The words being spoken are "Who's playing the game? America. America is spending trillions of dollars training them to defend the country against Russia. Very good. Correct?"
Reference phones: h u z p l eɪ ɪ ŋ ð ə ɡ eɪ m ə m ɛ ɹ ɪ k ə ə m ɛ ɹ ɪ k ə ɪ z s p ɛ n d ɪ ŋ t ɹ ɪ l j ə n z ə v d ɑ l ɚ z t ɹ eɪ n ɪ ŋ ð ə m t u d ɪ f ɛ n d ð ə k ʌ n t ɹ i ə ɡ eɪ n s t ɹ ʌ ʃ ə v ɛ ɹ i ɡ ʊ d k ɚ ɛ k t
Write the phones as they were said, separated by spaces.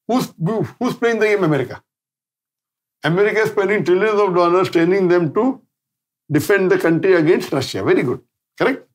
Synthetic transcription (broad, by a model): h u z p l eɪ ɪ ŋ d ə ɡ eɪ m ə m ɛ ɹ ɪ k ə ə m ɛ ɹ ɪ k ə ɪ s p ɛ n d ɪ ŋ t ɹ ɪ l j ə n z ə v d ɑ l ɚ s t eɪ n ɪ ŋ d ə m t u d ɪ f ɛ n d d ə k ʌ n t ɹ i ə ɡ eɪ n s t ɹ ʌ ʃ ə v ɛ ɹ i ɡ ʊ d k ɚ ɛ k t